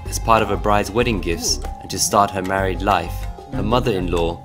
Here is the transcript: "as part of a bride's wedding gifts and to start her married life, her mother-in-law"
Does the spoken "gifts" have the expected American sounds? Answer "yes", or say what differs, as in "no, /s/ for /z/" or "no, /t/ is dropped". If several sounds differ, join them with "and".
yes